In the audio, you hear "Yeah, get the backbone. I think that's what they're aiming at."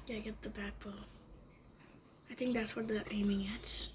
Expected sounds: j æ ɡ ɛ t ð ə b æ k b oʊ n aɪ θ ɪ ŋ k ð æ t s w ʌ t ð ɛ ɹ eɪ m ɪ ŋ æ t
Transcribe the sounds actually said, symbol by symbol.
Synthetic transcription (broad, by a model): j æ ɡ ɛ t ð ə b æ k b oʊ l aɪ θ ɪ ŋ k ð æ t s w ʌ t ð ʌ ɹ eɪ m ɪ ŋ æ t